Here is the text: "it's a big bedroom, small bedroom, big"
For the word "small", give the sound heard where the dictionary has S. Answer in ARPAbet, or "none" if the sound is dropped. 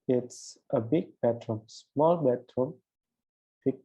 S